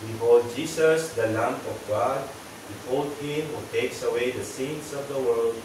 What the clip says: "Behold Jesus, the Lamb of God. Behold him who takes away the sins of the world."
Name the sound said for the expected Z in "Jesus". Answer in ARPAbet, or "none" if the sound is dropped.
S